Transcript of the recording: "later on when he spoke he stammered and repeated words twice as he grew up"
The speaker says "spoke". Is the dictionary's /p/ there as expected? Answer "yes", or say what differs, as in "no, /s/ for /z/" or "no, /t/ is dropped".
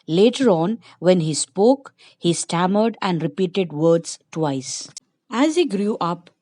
yes